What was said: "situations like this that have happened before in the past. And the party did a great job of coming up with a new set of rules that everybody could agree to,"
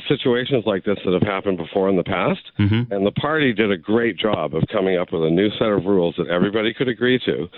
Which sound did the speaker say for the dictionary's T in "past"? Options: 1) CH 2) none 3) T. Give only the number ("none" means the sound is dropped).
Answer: 3